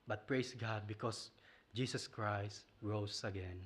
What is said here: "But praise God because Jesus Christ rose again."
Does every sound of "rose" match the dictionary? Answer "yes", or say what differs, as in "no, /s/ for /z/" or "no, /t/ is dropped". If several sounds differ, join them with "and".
no, /s/ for /z/